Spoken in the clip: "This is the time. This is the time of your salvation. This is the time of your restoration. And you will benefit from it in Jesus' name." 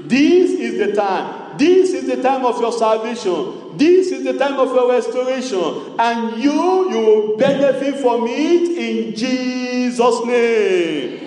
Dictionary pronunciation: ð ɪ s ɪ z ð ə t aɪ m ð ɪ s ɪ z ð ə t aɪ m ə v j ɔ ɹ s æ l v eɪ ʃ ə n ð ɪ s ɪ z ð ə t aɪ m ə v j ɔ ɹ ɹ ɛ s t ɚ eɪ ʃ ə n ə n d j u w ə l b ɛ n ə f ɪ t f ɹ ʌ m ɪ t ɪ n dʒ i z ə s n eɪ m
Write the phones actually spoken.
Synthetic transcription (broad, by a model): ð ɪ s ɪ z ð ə t aɪ m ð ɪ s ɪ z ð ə t aɪ m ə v j ɔ s æ l v eɪ ʃ ə n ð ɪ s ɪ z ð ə t aɪ m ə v j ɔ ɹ ɹ ɛ s t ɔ eɪ ʃ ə n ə n j u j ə w b ɛ n ə f ɪ t f ɹ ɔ m ɪ t ɪ n dʒ i z ə s n eɪ m